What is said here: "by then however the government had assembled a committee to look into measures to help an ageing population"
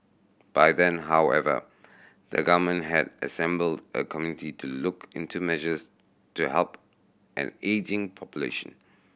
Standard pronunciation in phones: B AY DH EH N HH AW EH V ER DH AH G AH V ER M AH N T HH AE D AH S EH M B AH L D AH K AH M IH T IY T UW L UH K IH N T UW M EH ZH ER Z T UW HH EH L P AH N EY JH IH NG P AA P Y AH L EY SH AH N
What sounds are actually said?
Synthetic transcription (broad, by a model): B AY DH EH N HH AW EH V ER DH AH G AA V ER M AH N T HH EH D AH S EH M B AH L D AH K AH M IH T IY T UW L UH K IH N T UW M EH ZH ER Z T UW HH EH L P AH N EY JH IH NG P AA P Y AH L EY SH AH N